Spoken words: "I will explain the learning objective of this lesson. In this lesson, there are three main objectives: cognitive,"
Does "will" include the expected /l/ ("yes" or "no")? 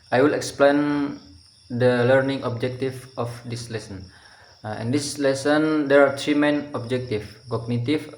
yes